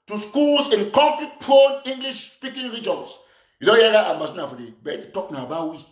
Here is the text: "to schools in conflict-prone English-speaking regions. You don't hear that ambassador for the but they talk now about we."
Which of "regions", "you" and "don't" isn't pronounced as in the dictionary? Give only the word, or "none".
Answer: regions